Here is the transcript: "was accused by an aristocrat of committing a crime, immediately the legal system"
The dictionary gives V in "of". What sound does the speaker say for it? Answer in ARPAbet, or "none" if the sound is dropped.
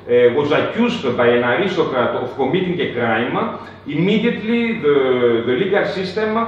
F